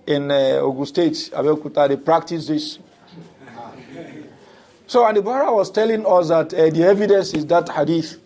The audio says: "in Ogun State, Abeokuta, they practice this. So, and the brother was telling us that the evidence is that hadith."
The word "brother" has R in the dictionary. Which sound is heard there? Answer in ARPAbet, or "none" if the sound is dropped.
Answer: none